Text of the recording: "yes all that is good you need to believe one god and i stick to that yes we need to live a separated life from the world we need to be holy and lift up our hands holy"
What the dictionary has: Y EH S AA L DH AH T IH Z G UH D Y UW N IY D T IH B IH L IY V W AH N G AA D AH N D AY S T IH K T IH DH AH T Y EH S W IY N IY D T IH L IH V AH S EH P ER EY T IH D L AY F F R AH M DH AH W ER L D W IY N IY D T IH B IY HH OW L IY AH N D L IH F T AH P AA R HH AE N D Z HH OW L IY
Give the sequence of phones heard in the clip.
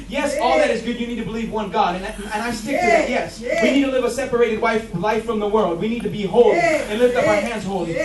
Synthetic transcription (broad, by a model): Y EH S AA L DH AH T IH Z G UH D Y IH N IY D T IH B IH L IY V W AH N G AA D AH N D AY S T IH K T IH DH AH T Y EH S W IY N IY D T IH L IH V AH S EH P ER EY T IH D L AY F F R AH M DH AH W ER L D W IY N IY D T IH B IY HH OW L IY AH N L IH F T AH P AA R HH AE N D Z HH OW L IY